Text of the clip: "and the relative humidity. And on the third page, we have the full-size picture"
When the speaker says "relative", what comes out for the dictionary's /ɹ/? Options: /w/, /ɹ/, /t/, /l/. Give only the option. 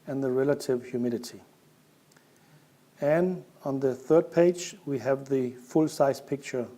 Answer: /ɹ/